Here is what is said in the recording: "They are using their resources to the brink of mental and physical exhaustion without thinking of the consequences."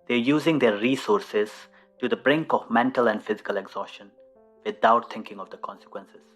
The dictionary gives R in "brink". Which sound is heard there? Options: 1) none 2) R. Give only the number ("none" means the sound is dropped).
2